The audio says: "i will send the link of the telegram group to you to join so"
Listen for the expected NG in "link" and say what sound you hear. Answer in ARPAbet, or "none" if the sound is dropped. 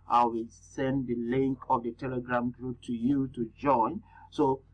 NG